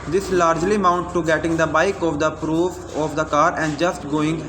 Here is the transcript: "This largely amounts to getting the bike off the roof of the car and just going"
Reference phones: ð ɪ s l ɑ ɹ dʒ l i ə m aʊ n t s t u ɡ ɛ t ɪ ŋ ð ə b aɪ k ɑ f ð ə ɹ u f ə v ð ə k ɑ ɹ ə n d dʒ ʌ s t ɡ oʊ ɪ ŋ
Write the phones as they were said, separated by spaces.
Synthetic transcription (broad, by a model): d ɪ s l ɑ ɹ dʒ l i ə m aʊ n t t u ɡ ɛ t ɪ ŋ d ə b aɪ k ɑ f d ə ɹ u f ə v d ə k ɑ ɹ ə n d dʒ ʌ s t ɡ oʊ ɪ ŋ